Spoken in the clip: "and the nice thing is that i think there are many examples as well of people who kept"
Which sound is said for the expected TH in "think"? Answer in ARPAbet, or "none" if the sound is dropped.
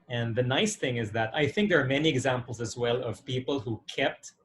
TH